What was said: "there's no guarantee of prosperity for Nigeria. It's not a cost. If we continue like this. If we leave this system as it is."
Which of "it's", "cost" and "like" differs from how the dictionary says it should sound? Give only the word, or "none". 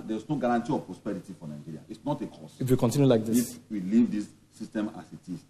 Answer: cost